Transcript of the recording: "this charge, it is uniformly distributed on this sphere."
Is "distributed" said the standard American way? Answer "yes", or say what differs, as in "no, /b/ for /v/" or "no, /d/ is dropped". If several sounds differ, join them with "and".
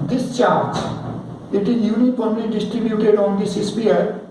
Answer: yes